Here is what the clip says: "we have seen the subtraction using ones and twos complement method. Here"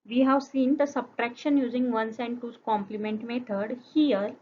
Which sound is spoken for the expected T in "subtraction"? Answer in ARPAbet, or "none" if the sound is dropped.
T